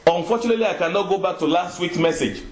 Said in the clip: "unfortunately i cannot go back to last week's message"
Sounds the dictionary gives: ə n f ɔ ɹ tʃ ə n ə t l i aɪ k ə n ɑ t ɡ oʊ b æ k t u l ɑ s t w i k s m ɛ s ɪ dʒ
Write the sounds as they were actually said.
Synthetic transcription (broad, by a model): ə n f ɔ tʃ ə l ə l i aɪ k ə n ɑ t ɡ oʊ b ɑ k t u l ɑ s t w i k m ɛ s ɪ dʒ